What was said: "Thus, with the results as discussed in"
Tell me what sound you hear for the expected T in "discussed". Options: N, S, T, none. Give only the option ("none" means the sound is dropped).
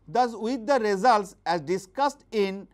T